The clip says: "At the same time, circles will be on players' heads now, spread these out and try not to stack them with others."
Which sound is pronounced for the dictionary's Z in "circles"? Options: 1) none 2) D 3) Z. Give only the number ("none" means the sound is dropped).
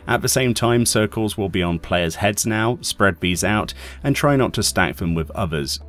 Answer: 3